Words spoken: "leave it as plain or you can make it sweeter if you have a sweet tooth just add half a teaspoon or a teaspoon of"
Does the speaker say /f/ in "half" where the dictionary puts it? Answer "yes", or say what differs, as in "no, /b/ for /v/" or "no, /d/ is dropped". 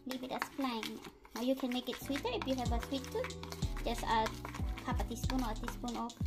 no, /p/ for /f/